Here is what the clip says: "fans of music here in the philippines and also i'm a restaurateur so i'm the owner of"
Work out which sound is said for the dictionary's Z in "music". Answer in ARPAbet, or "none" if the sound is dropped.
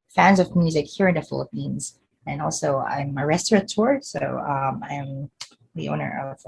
Z